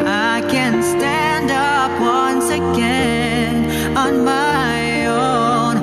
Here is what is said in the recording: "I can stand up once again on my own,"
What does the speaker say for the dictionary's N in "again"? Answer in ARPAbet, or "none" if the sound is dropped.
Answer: N